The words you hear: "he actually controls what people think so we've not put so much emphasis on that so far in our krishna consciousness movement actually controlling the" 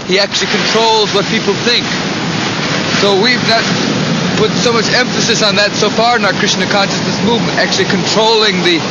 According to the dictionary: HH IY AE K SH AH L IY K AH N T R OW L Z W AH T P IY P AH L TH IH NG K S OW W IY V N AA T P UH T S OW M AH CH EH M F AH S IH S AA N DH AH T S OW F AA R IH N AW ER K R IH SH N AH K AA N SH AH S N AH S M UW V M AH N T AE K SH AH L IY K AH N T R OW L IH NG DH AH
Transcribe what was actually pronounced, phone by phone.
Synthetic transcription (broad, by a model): HH IY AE K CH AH L IY K AH N T R OW L Z W AH T P IY P L TH IH NG K S OW W IY V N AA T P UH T S OW M AH CH EH M F AH S IH S N DH AH T S OW F AA R IH N AW ER K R IH S N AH K AA N SH AH S N AH S M UW V M AH N T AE K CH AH L IY K AH N T R OW L IH NG DH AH